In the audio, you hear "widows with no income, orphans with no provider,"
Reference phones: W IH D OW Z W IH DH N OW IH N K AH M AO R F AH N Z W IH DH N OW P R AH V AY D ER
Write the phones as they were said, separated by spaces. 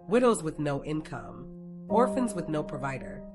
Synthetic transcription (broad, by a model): W IH D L Z W IH DH N OW IH N K AH M AO R F AH N Z W IH DH N OW P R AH V AY D ER